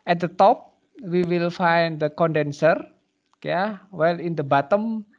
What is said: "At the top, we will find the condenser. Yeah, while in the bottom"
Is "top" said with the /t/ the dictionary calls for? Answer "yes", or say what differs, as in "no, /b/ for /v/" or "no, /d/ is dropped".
yes